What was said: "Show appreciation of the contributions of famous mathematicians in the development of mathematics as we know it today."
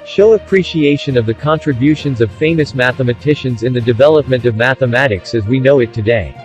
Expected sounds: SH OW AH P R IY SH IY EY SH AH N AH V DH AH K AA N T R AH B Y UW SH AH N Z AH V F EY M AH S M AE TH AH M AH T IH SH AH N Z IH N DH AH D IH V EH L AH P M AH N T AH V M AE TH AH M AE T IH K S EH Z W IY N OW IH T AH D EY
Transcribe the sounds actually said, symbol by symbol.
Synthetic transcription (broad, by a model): SH OW AH P R IY SH IY EY SH AH N AH V DH AH K AA N T R AH B Y UW SH AH N Z AH V F EY M AH S M AE TH AH M AH T IH SH AH N Z IH N DH AH D IH V EH L AH P M AH N T AH V M AE TH AH M AE T IH K S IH Z W IY N OW IH T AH D EY